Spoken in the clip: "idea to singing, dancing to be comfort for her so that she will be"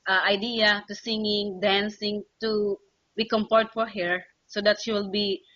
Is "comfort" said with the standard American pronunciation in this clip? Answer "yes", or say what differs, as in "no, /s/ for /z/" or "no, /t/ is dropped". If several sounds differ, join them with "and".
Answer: no, /p/ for /f/